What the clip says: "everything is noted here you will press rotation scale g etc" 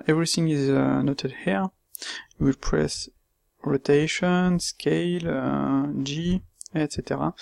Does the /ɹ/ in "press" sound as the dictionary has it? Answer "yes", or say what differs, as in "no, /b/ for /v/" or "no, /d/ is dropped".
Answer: yes